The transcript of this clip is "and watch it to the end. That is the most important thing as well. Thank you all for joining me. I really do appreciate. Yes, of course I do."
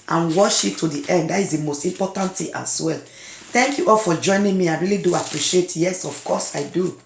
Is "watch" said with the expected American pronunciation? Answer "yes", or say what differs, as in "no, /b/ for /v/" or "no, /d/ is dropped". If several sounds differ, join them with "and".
no, /ʃ/ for /tʃ/